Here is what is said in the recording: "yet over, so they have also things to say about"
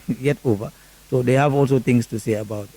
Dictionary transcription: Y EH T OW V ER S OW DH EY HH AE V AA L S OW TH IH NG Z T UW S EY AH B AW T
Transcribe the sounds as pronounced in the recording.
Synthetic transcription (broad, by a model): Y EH T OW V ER S OW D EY HH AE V AA L S OW T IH NG S T UW S EY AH B AW T